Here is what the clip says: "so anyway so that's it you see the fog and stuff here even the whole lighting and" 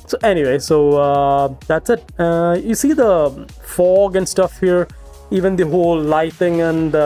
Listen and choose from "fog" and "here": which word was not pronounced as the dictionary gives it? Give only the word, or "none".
none